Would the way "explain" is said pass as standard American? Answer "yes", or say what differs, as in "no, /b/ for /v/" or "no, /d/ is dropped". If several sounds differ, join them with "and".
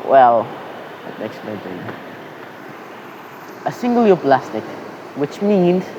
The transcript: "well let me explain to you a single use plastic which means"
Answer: no, /p/ is dropped